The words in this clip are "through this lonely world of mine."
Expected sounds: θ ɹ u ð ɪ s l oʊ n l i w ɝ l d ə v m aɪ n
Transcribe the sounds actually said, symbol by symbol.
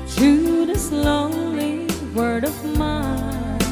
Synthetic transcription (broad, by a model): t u ð ɪ s l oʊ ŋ l i w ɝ d ə v m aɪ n